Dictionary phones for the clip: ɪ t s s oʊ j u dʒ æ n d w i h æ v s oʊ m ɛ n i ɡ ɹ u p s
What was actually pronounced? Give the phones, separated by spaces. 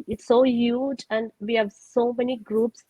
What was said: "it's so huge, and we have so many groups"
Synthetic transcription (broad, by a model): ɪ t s s oʊ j u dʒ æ n d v i h æ v s oʊ m ɛ n i ɡ ɹ u p s